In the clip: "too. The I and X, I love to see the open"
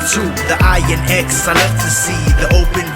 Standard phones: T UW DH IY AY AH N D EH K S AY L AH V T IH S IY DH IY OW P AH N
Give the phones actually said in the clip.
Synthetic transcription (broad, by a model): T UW DH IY AY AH N EH K S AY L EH F T IH S IY DH IY OW P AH N